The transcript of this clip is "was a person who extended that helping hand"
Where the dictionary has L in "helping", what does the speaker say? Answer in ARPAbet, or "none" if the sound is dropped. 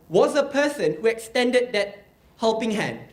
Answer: L